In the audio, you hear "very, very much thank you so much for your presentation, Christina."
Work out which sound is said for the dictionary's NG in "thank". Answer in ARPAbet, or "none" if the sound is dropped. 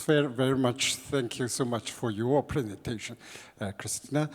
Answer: NG